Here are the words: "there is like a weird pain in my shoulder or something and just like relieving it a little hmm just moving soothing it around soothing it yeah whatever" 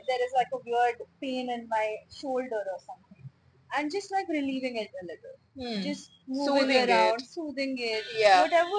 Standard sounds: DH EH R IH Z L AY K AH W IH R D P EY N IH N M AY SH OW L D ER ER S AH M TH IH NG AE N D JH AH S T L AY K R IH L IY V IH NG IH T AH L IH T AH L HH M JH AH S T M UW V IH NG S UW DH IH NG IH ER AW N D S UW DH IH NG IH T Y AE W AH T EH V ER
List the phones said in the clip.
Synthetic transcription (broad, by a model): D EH R IH Z L AY K AH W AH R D P EY N IH N M AY SH OW L D ER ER S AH M T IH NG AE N D JH AH S T L AY K R IH L IY V IH NG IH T AH L IH T AH L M JH AH S T M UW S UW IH IH ER AW N D S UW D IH NG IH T Y AE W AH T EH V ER